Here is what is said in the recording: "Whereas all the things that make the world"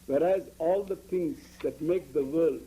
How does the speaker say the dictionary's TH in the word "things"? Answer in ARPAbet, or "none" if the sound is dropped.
T